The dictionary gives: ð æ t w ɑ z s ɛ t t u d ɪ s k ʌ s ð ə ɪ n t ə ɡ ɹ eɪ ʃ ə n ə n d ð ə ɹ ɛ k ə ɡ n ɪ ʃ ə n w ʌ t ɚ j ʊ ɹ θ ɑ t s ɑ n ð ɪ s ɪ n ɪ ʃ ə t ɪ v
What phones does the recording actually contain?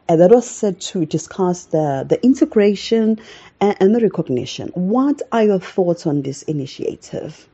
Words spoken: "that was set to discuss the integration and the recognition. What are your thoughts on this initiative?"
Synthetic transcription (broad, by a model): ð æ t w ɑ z s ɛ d t u d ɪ s k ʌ s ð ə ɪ n t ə ɡ ɹ eɪ ʃ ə n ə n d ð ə ɹ ɛ k ə ɡ n ɪ ʃ ə n w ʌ t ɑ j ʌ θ ɑ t ɑ n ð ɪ s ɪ n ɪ ʃ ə t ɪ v